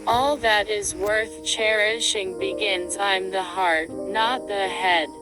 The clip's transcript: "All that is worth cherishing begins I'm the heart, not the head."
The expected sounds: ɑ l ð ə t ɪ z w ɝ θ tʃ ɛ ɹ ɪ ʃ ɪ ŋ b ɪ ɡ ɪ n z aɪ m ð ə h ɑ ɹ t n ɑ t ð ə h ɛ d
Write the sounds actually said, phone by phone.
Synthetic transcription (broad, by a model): ɑ l ð ə t ɪ z w ɝ θ tʃ ɛ ɹ ɪ ʃ ɪ ŋ b ɪ ɡ ɪ n z aɪ m ð ə h ɑ ɹ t n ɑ t ð ə h ɛ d